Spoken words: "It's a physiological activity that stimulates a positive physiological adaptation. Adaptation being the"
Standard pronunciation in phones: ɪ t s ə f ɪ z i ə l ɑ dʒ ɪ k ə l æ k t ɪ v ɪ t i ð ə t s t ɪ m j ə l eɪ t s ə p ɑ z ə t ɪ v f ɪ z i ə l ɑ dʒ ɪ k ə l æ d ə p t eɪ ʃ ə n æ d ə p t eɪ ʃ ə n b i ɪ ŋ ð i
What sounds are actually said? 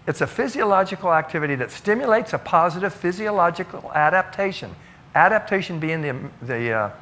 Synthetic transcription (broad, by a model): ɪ t s ə f ɪ z i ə l ɑ dʒ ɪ k l æ k t ɪ v ɪ t i ð ə t s t ɪ m j ə l eɪ t s ə p ɑ z ə t ɪ v f ɪ z i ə l ɑ dʒ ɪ k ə l æ d ə p t eɪ ʃ ə n æ d ə p t eɪ ʃ ə n b i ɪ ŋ ð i